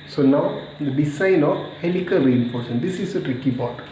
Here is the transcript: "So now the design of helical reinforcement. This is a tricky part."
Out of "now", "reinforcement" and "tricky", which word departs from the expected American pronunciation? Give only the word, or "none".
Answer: reinforcement